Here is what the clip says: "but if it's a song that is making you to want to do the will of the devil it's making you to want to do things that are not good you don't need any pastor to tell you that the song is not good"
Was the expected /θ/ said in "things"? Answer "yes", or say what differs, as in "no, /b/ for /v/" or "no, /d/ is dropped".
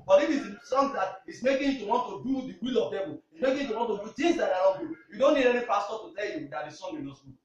no, /t/ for /θ/